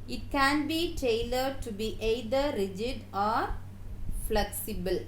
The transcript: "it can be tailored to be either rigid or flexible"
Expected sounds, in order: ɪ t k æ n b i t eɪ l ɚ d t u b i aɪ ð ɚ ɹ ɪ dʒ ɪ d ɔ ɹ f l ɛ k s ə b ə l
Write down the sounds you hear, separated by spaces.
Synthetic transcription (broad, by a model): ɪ t k æ n b i t eɪ l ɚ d t u b i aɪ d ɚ ɹ ɪ dʒ ɪ d ɔ ɹ f l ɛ k s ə b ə l